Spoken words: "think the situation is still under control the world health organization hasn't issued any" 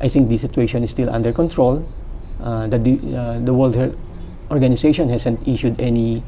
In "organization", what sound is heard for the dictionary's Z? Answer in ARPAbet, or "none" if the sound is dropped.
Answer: S